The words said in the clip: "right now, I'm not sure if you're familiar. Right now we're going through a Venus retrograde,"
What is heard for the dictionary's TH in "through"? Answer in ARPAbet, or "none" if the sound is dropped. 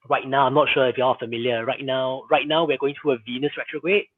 T